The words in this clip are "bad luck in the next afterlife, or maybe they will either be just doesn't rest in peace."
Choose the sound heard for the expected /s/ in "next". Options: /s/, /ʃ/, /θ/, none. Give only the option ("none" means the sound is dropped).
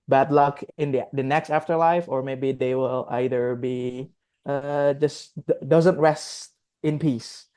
/s/